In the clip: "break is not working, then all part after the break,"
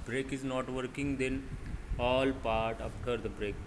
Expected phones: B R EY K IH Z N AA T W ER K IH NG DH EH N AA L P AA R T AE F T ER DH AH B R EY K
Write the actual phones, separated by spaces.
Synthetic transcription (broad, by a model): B R EY K IH Z N AA T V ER K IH NG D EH N AA L P AA R T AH P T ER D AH B R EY K